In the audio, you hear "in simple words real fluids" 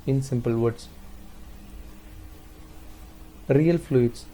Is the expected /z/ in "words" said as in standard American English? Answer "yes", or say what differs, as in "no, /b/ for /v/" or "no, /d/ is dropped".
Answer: no, /s/ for /z/